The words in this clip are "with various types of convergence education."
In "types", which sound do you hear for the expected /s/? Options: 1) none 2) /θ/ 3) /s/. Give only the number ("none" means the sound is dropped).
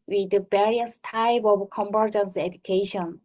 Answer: 1